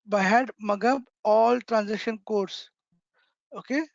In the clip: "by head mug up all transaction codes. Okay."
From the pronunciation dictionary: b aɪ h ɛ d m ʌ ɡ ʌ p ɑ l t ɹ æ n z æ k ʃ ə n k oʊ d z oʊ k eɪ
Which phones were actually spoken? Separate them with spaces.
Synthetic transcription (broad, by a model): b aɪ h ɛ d m ʌ ɡ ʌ b ɑ l t ɹ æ n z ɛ k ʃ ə n k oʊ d s oʊ k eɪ